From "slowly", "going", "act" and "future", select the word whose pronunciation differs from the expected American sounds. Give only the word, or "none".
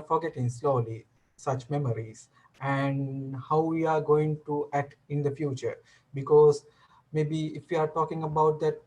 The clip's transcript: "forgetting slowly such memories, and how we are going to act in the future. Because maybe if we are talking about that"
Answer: none